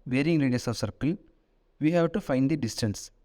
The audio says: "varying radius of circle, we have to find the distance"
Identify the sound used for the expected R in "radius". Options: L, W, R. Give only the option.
L